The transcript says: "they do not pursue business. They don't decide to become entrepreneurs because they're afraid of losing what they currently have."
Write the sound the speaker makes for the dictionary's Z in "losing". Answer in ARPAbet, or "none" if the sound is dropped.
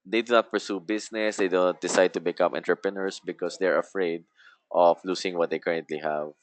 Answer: S